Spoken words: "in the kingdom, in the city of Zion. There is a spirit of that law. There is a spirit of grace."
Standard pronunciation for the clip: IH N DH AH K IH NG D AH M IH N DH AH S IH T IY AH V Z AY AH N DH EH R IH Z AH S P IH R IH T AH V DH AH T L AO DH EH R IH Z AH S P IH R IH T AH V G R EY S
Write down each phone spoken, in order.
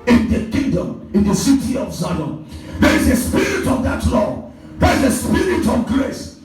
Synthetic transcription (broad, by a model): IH N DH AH K IH NG D AH M IH N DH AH S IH T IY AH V S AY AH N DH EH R IH Z AH S P IH R IH T AH V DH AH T L AO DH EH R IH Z AH S P IH R IH T AH V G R EY S